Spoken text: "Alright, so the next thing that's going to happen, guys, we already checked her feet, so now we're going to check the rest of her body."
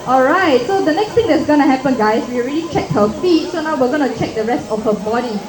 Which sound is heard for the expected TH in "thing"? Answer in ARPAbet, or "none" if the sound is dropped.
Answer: T